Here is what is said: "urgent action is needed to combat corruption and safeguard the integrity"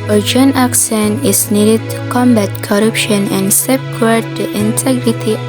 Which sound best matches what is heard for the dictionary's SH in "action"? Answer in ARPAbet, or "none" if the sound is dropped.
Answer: S